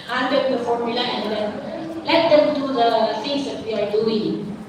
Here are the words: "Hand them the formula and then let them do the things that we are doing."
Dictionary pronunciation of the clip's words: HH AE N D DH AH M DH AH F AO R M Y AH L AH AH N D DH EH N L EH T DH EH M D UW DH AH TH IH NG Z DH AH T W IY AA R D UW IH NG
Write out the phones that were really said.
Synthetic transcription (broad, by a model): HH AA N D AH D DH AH F AO R M Y AH L AH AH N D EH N L EH T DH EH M D UW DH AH F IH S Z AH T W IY AA R D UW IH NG